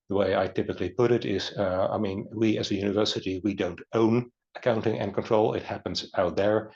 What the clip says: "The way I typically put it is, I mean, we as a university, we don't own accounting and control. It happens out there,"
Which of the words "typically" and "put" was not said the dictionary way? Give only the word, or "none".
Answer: none